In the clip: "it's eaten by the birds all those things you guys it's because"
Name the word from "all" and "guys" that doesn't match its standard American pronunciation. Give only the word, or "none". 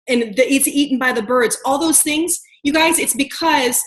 none